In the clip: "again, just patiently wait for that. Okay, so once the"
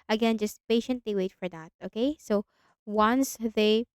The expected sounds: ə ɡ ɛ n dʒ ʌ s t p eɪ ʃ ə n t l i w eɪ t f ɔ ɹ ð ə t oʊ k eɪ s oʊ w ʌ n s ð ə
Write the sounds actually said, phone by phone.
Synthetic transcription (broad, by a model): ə ɡ ɛ n dʒ ʌ s t p eɪ ʃ ə n t l i w eɪ t f ɔ ɹ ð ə t oʊ k eɪ s oʊ w ʌ n s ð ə